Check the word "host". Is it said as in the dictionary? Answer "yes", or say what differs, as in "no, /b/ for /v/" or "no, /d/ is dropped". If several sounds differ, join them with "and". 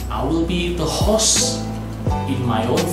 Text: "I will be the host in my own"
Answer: no, /t/ is dropped